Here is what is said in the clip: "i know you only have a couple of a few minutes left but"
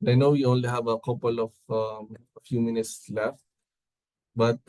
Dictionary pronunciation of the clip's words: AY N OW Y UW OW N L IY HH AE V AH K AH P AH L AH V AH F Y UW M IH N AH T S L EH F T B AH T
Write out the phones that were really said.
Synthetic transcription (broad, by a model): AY N OW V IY OW N L IY HH AE V AH K AH P AH L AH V AH F Y UW M IH N AH T S L EH F T B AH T